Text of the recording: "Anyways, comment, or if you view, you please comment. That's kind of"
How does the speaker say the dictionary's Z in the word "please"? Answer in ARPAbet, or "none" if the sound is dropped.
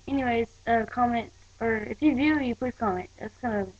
none